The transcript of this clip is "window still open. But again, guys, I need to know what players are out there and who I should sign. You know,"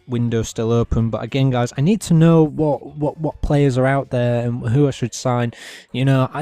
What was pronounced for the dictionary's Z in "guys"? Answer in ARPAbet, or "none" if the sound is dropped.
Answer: Z